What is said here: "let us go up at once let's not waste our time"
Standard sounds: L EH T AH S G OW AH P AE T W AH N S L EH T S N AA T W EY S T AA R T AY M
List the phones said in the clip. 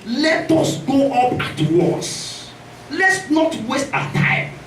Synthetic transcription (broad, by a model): L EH T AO S G OW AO P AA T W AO S L EH T S N AA T W EY S T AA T AY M